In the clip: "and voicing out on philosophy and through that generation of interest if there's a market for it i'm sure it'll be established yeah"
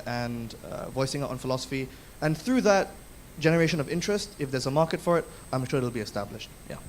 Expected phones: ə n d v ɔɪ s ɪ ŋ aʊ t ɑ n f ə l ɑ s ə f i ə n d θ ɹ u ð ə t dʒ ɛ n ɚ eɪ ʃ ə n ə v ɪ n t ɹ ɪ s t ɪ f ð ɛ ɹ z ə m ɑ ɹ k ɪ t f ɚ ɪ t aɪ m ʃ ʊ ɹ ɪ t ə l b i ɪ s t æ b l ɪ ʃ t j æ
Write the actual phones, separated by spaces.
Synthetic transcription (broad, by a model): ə n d v ɔɪ s ɪ ŋ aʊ ɑ n f ə l ɑ s ə f i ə n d θ ɹ u ð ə t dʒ ɛ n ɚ eɪ ʃ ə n ə v ɪ n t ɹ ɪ s t ɪ f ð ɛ ɹ z ə m ɑ ɹ k ɪ t f ɚ ɪ t aɪ m ʃ ʊ ɹ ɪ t l b i ɪ s t æ b l ɪ ʃ t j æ